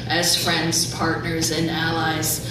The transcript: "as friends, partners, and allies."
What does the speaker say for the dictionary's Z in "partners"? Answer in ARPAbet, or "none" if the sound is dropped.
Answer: Z